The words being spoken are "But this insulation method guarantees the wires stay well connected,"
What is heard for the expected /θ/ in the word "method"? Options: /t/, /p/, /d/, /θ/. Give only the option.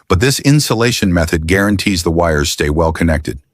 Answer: /θ/